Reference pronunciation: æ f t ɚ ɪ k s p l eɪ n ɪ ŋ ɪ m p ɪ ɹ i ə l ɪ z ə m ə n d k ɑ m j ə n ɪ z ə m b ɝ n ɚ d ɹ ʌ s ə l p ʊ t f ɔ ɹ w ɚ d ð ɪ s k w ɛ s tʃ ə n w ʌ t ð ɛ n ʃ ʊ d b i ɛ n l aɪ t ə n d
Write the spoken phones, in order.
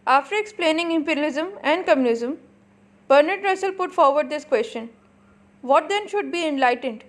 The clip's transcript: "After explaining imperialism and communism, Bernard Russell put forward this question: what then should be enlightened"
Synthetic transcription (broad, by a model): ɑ f t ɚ ɪ k s p l eɪ n ɪ ŋ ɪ m p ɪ ɹ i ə l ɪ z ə m ə n d k ɑ m j ə n ɪ z ə m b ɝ n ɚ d ɹ ʌ s ə l p ʊ t f ɔ ɹ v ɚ d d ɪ s k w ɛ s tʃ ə n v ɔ t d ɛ n ʃ ʊ d b i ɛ n l aɪ t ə n d